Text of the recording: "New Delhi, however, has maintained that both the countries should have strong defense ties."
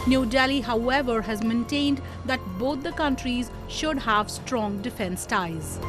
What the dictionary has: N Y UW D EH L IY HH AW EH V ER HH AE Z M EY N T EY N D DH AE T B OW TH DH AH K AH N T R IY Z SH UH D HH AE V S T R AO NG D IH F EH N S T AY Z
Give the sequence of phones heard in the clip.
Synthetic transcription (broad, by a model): N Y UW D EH L IY HH AW EH V ER HH AE Z M EY N T EY N D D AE T B OW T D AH K AH N T R IY Z SH UH D HH AE V S T R AO NG D IH F EH N S T AY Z